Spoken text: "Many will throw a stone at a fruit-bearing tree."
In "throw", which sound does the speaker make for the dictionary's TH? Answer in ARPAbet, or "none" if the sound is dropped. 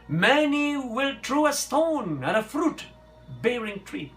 T